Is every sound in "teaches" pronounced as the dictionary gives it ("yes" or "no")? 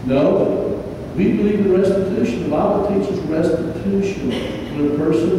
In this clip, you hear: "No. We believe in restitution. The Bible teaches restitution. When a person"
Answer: no